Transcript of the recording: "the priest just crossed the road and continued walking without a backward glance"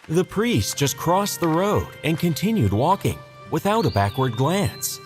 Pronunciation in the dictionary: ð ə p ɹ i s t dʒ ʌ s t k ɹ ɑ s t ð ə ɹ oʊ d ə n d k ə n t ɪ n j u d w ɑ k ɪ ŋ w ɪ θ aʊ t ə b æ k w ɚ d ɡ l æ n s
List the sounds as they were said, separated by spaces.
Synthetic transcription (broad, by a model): ð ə p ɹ i s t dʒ ʌ s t k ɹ ɑ s ð ə ɹ oʊ d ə n k ə n t ɪ n j u d w ɑ k ɪ ŋ w ɪ θ aʊ t ə b æ k w ɚ d ɡ l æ n s